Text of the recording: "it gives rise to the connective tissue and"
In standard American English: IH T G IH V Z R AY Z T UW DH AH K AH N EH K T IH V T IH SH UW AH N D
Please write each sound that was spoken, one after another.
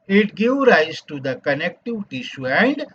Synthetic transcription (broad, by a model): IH T G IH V R AY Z T UW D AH K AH N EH K T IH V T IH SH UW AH N D